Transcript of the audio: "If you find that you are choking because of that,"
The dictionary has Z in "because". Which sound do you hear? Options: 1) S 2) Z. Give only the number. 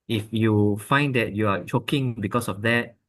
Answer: 1